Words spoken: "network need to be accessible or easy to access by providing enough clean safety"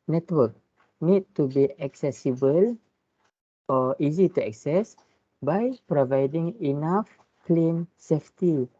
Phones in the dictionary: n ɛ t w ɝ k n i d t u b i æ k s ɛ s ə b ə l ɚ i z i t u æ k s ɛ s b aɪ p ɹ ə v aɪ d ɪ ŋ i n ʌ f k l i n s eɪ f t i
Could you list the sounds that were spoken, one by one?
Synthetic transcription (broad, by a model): n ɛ t w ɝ k n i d t u b i æ k s ɛ s ə b ə l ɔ i z i t u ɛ k s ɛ s b aɪ p ɹ ə v aɪ d ɪ ŋ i n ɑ f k l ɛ n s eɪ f t i